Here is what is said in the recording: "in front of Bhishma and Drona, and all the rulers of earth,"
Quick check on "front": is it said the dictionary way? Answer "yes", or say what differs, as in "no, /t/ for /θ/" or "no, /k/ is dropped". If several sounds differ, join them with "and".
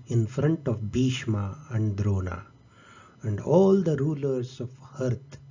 yes